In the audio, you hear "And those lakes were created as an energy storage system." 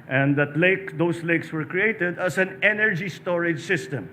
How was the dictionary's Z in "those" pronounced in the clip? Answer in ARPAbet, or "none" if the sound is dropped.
S